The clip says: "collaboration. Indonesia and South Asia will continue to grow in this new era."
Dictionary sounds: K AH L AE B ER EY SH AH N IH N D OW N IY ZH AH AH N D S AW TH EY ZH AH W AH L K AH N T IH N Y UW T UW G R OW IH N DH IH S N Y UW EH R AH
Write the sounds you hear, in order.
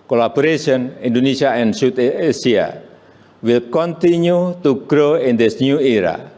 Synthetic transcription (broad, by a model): K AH L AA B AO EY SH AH N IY N D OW N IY S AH AH N D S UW T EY S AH W AH L K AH N T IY N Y UW T UW G R OW IH N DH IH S N Y UW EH R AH